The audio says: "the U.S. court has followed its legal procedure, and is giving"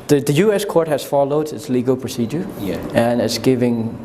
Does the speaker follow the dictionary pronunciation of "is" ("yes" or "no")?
no